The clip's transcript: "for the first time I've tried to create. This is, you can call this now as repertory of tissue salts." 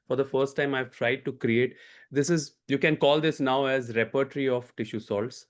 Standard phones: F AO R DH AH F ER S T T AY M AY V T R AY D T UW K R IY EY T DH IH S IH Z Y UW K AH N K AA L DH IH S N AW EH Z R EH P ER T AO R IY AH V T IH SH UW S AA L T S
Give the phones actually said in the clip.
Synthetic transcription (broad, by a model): F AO R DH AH F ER S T T AY M AY V T R AY D T UW K R IY EY T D IH S IH Z Y UW K AH N K AA L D IH S N AW EH Z R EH P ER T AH R IY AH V T IH SH UW S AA L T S